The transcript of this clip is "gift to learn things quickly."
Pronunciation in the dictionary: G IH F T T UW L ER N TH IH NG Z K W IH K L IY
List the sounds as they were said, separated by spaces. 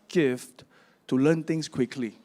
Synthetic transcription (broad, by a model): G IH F T T UW L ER N T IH NG S K W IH K L IY